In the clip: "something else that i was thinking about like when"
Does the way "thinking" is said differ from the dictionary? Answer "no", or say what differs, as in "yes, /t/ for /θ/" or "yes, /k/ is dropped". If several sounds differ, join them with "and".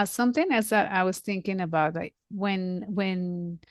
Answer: no